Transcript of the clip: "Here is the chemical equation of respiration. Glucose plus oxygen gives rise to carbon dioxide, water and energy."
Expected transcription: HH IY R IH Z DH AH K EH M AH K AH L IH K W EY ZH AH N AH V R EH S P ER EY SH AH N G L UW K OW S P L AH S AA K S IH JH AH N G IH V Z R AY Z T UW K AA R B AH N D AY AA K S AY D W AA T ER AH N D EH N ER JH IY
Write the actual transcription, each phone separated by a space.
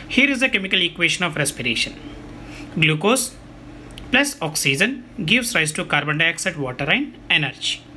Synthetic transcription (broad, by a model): HH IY R IH Z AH K EH M AH K AH L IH K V EY SH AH N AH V R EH S P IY EY SH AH N G L UW K OW S P L AH S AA K S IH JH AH N G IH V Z R AY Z T UW K AA R B AH N D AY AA K S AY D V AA T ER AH N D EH N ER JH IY